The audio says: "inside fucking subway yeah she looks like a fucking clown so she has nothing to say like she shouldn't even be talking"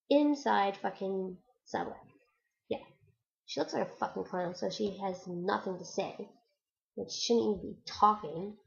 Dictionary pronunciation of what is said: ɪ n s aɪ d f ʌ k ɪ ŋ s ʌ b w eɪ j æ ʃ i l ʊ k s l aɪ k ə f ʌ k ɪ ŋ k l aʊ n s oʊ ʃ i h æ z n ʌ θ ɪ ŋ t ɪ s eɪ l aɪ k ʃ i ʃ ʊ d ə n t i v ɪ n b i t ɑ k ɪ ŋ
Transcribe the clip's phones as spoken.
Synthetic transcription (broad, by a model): ɪ n s aɪ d f ʌ k ɪ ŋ s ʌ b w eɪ j æ ʃ i l ʊ k s l aɪ k ə f ʌ k ɪ ŋ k aʊ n s oʊ ʃ i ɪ z n ʌ θ ɪ ŋ t ɪ s eɪ w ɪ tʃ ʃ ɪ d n i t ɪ b i t ɑ k ɪ ŋ